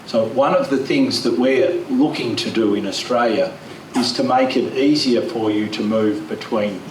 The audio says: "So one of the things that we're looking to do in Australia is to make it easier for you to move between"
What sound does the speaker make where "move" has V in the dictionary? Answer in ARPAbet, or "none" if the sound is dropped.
V